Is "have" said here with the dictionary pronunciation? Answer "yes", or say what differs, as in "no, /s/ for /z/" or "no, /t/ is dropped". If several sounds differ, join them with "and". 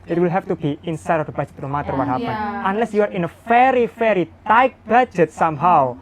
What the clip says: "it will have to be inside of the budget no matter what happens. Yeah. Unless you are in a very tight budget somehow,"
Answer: no, /f/ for /v/